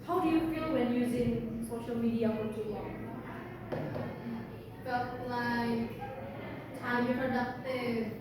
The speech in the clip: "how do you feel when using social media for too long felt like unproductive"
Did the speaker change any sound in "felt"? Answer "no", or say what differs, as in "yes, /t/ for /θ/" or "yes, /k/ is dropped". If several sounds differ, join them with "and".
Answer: yes, /l/ is dropped